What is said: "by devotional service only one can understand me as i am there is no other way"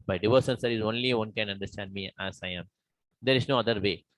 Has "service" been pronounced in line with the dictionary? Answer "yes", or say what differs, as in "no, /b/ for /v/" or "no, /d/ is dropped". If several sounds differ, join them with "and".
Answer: no, /v/ is dropped